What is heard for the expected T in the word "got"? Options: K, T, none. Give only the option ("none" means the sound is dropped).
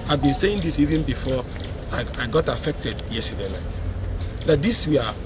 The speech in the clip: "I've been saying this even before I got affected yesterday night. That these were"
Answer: T